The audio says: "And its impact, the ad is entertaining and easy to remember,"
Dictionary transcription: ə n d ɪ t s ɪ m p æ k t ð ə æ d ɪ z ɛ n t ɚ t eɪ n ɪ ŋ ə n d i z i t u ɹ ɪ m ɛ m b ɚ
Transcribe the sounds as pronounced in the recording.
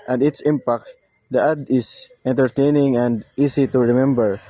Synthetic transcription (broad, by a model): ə n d ɪ t s ɪ m p æ k t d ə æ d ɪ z ɛ n t ɚ t eɪ n ɪ ŋ ə n d i s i t u ɹ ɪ m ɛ m b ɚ